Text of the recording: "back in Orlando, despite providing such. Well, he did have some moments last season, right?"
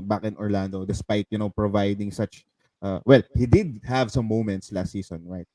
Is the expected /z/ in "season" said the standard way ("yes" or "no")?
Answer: no